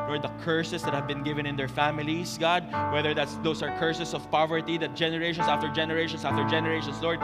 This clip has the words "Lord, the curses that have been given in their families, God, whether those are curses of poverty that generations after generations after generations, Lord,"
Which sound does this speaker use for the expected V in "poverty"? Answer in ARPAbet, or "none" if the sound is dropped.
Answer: V